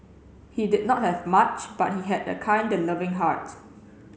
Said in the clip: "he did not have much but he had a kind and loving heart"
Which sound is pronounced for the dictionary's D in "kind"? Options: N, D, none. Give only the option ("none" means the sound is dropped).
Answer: D